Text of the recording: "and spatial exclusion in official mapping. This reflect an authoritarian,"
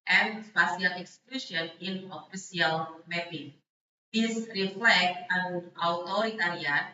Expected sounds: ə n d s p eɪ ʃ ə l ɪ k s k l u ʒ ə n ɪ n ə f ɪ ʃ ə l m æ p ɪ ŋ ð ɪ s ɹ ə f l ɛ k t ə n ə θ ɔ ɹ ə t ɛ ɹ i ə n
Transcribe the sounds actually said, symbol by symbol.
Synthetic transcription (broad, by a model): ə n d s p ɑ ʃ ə l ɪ k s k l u ʃ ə n ɪ n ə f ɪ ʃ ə l m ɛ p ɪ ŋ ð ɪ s ɹ ə f l ɛ k t ə n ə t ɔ ɹ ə t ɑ ɹ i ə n